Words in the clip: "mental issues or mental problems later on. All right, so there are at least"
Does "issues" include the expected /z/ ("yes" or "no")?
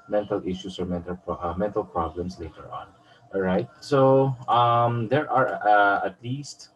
no